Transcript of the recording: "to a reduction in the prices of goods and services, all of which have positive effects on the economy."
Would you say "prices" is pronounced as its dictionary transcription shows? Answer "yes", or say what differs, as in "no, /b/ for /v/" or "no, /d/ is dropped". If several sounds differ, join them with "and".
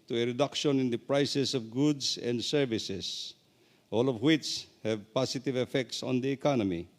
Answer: no, /s/ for /z/